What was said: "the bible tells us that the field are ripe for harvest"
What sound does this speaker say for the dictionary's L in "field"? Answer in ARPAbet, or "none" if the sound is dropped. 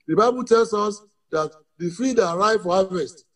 none